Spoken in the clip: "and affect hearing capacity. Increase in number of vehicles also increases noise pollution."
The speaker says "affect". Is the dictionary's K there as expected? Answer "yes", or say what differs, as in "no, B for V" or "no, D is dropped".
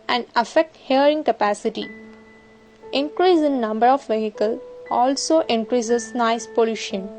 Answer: yes